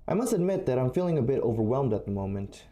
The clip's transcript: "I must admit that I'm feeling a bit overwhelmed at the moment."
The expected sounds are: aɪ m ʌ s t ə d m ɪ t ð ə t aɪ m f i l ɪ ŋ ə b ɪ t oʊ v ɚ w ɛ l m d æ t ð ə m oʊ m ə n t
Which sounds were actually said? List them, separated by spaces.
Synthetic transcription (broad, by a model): aɪ m ʌ s t ə d m ɪ t ð ə t aɪ m f i l ɪ ŋ ə b ɪ t oʊ v ɚ w ɛ l m d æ t ð ə m oʊ m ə n t